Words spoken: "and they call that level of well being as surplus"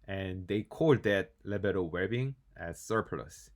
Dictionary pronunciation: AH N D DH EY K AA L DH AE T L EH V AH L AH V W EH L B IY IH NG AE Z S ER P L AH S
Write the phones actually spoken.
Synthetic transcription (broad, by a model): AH N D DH EY K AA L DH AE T L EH B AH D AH W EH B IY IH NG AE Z S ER P L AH S